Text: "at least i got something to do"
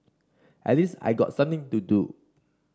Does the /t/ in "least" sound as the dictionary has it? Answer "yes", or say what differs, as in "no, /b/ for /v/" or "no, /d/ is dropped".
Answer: no, /t/ is dropped